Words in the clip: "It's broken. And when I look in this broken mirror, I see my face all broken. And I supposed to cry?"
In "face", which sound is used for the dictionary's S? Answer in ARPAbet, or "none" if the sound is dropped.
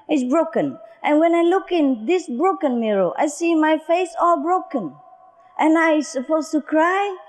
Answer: S